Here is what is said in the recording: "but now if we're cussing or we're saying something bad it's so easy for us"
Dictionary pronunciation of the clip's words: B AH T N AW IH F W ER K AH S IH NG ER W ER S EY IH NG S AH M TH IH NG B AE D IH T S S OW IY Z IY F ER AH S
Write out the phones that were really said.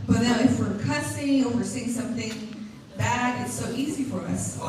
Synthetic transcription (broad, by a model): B AH T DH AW IH F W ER K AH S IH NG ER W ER S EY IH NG S AH M TH IH NG B AE D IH T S S OW IY Z IY F ER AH S